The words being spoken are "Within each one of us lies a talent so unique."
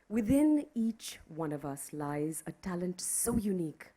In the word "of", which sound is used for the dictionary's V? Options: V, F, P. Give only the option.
V